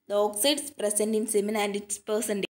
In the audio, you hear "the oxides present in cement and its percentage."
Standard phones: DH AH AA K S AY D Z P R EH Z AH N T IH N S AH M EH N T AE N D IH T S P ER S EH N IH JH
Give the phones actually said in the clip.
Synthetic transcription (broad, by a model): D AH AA K S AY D S P R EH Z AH N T IH N S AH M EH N AE N D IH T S P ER S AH N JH